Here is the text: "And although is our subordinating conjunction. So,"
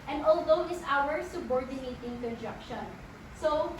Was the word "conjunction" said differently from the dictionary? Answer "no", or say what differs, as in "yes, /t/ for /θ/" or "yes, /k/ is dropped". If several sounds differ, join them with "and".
yes, /ŋ/ is dropped